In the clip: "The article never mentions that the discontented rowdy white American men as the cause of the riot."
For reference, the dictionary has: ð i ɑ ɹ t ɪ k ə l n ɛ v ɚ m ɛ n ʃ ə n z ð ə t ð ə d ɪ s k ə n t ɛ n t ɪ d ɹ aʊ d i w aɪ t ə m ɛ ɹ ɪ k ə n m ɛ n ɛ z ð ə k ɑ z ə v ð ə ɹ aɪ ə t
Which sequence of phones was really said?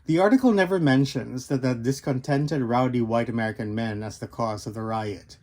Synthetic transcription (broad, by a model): ð i ɑ ɹ t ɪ k l n ɛ v ɚ m ɛ n ʃ ə n z ð ə t ð ə d ɪ s k ə n t ɛ n t ɪ d ɹ aʊ d i w aɪ t ə m ɛ ɹ ɪ k ə n m ɛ n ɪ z ð ə k ɑ z ə v ð ə ɹ aɪ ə t